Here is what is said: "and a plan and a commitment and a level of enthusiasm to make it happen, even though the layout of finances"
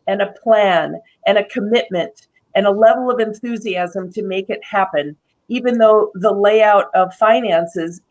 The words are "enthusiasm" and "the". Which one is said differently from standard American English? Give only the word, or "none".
none